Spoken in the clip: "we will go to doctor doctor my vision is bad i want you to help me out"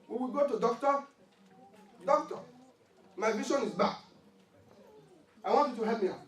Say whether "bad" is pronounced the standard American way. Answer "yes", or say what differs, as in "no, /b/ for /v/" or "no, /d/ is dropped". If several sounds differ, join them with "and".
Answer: no, /d/ is dropped